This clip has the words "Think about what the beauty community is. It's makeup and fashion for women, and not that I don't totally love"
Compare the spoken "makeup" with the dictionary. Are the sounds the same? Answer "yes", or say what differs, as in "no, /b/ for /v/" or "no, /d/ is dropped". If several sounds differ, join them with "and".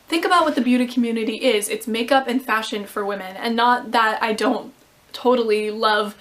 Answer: yes